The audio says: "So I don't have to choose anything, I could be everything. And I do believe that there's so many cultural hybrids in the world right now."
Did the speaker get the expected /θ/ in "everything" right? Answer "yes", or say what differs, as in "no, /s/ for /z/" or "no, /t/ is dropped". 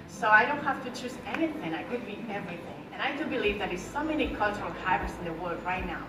yes